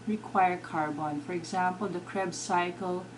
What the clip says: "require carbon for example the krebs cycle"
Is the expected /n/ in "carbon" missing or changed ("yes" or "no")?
no